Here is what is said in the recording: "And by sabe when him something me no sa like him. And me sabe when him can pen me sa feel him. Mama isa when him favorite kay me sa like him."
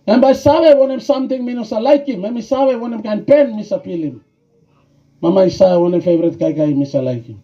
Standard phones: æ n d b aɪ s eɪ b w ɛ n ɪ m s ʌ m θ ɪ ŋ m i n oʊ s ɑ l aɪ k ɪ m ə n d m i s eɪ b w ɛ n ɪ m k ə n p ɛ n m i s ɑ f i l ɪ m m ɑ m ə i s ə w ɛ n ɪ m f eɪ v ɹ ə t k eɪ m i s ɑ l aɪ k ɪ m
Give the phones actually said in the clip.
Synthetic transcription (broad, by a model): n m b aɪ s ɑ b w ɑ n ɪ m s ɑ m t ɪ ŋ m i n oʊ s ɑ l aɪ k ɪ m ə m i s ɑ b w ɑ n ɪ m k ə n p ɛ n m i s ɑ p i l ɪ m m ɑ m ə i s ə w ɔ n ɪ m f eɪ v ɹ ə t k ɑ m i s ɑ l aɪ k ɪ m